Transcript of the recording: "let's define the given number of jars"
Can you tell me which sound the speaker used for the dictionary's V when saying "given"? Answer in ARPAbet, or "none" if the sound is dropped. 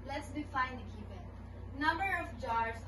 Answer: P